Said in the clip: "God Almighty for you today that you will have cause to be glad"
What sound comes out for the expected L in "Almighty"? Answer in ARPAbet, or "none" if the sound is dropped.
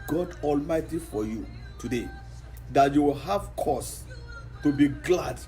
L